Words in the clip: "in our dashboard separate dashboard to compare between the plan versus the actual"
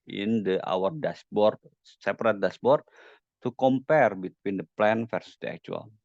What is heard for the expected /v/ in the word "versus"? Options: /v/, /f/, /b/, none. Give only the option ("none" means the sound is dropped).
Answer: /f/